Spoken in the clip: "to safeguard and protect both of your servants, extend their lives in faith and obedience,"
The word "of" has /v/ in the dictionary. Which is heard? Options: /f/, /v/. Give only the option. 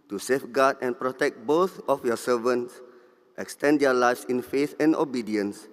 /f/